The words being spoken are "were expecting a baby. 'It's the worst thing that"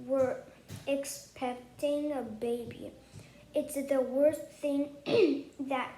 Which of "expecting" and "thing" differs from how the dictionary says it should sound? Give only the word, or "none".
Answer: none